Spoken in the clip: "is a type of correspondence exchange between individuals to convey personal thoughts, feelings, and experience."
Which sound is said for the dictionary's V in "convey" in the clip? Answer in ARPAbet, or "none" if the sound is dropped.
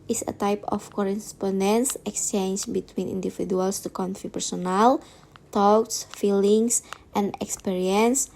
F